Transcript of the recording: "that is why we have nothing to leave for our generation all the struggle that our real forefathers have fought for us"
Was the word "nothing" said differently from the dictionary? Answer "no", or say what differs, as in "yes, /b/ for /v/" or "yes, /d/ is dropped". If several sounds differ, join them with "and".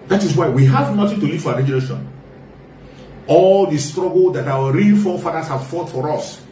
yes, /t/ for /θ/